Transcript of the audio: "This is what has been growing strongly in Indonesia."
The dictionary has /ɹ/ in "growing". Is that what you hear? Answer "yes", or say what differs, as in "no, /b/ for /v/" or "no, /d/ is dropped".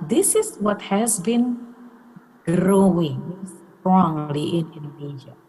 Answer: yes